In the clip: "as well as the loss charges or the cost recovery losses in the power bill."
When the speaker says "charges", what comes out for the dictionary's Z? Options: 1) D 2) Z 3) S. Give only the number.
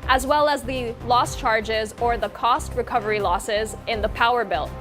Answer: 2